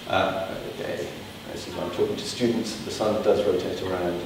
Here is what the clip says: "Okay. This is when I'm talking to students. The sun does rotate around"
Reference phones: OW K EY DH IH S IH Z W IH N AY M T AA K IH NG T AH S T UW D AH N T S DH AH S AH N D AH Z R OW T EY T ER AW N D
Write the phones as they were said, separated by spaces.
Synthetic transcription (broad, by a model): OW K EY IH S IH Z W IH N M T AA K IH NG T AH S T UW D N T S DH AH S AH N D AH Z R OW T EY T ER AW N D